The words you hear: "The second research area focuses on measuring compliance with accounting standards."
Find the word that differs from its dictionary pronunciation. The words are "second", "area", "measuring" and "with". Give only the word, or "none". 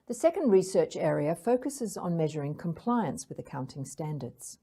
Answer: none